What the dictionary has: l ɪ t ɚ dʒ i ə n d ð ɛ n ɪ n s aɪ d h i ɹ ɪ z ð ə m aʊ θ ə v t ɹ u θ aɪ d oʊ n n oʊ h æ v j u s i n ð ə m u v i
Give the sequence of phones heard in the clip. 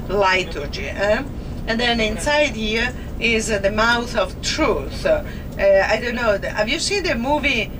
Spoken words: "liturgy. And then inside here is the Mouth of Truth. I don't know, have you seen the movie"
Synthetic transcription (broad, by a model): l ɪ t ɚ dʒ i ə n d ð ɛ n ɪ n s aɪ d h i ɹ ɪ z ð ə m aʊ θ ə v t ɹ u θ aɪ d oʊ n n oʊ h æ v j u s i n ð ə m u v i